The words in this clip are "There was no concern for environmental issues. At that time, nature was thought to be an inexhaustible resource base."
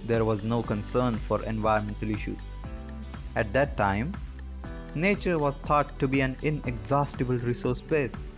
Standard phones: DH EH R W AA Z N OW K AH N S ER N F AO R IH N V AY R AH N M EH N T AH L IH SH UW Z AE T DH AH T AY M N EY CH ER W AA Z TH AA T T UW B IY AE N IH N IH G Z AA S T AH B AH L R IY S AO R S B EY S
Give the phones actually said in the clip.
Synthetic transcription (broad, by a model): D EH R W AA Z N OW K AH N S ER N F AO R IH N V AY AH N M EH N T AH L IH SH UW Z AE T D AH T AY M N EY CH ER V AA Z T AA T T UW B IY AE N IH N IH G Z AA S T AH B AH L R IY S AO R S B EY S